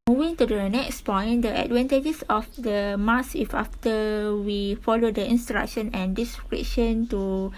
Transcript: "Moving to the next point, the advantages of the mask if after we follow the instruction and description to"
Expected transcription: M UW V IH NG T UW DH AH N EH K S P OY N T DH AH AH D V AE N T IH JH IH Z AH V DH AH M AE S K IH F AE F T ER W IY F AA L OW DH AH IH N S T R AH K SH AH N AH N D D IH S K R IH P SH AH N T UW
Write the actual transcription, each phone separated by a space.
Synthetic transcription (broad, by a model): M UW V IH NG T UW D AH N EH K S P OY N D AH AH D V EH N T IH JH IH S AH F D AH M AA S IH F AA F T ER W IY F AA L OW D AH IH N S T R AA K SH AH N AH N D D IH S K R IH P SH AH N T UW